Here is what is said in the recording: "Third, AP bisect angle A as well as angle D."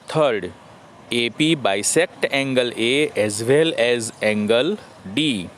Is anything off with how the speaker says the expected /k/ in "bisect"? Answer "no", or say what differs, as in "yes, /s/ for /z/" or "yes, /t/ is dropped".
no